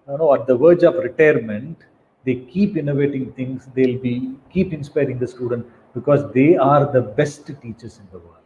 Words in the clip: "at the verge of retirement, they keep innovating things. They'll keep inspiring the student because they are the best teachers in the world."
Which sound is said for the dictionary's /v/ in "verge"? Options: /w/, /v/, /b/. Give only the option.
/v/